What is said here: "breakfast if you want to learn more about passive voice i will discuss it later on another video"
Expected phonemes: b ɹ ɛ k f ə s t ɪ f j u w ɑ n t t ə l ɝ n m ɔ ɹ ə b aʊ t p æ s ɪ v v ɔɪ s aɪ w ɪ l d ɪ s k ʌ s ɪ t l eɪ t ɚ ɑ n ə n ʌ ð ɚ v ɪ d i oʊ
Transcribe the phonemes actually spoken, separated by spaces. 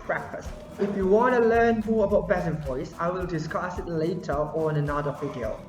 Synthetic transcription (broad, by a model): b ɹ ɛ k f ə s t ɪ f j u w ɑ n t t ə l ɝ n m ɔ ɹ ə b aʊ t b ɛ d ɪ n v ɔɪ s aɪ w ɪ l d ɪ s k ʌ s ɪ t l eɪ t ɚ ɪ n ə n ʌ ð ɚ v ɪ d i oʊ